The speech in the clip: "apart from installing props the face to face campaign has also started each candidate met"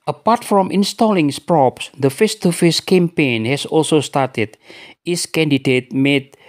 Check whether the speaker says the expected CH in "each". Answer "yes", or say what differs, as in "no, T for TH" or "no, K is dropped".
no, S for CH